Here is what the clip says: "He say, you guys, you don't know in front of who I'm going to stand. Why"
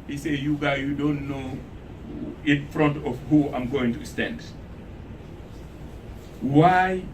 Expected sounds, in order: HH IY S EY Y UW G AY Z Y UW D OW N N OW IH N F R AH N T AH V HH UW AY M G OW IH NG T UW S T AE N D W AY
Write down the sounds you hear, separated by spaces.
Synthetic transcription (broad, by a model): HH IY S EY Y UW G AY Y UW D OW N N OW IH N F R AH N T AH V HH UW AY M G OW IH NG T UW S T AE N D W AY